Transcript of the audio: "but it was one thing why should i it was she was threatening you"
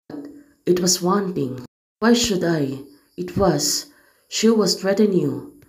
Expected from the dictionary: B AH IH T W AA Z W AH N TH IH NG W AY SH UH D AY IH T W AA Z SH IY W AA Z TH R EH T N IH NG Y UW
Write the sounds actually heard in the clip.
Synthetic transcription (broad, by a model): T IH T W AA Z W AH N T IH NG W AY SH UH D AY IH T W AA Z SH IY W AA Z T R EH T IH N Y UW